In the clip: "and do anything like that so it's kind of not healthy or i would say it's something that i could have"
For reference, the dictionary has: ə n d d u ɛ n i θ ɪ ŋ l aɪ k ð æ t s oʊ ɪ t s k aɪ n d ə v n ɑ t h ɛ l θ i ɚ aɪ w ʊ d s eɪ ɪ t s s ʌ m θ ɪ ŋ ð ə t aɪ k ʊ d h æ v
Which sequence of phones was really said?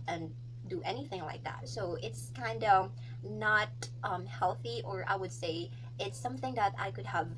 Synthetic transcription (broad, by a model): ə n d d ɛ n i θ ɪ ŋ l aɪ k ð æ t s oʊ ɪ t s k aɪ n d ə n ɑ t h ɛ l θ i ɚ aɪ w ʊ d s eɪ ɪ t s s ʌ m θ ɪ ŋ ð ə t aɪ k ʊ d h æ v